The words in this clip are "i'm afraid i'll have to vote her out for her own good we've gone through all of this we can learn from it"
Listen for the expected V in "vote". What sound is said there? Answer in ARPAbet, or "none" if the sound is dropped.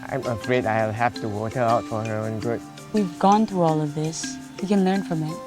W